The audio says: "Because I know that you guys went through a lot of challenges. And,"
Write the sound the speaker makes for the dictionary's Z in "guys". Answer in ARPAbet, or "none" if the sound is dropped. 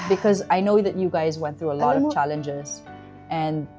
Z